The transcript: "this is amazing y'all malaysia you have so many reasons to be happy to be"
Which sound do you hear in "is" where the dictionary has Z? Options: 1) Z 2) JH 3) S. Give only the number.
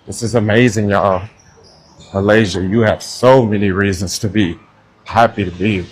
1